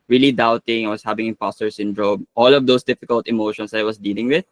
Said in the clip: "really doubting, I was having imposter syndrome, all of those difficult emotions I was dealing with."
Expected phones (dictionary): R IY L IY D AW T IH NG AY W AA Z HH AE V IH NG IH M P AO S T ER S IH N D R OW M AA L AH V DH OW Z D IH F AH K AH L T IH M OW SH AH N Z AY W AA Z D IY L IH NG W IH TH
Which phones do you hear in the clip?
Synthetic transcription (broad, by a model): R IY L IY D AW T IH NG AY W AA S HH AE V IH NG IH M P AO S T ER S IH N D R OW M AA L AH V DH OW S D IH F AH K AH L T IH M OW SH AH N S AY W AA S D IY L IH NG W IH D